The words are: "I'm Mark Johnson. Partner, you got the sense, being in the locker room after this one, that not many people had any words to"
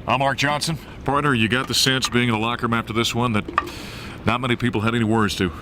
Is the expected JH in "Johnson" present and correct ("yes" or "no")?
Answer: no